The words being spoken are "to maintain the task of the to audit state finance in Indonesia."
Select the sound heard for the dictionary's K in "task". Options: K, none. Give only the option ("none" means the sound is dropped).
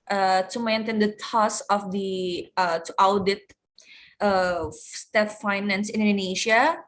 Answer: none